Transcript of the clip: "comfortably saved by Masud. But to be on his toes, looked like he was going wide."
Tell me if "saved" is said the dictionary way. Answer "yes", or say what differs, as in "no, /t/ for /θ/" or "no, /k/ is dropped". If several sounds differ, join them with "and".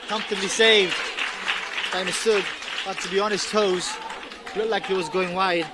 yes